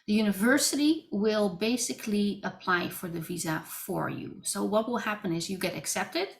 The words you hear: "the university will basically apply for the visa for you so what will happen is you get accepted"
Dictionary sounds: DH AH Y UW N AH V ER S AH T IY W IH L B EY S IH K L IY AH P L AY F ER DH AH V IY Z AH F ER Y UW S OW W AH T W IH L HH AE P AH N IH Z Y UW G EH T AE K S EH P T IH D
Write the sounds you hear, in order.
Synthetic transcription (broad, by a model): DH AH Y UW N AH V ER S AH T IY W IH L B EY S IH K L IY AH P L AY F ER DH AH V IY Z AH F ER Y UW S OW W AH T W IH L HH AE P AH N IH Z Y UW G EH T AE K S EH P T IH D